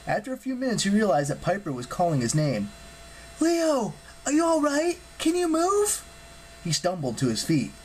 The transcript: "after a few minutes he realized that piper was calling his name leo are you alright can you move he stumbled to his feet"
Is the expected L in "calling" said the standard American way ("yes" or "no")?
yes